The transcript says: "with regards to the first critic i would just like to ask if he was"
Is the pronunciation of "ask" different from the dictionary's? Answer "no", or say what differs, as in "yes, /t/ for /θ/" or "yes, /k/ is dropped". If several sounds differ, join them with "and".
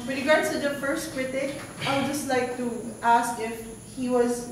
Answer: no